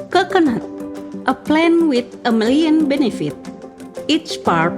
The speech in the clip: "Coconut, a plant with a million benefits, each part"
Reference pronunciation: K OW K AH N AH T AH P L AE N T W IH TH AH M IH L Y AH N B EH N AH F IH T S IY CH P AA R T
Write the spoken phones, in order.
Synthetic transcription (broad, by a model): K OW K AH N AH T AH P L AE N W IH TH AH M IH L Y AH N B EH N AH F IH T IY CH P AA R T